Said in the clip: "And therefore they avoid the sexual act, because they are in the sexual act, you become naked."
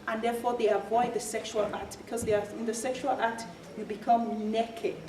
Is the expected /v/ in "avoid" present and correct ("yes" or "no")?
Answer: yes